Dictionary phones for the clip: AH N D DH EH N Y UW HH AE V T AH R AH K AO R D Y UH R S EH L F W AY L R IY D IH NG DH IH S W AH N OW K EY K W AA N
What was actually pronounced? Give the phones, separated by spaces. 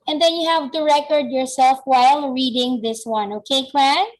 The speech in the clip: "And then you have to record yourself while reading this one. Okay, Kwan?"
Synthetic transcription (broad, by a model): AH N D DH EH N Y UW HH AE V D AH R AH K AO R D Y UH R S EH L F W AY L R IY D IH NG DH IH S W AH N OW K EY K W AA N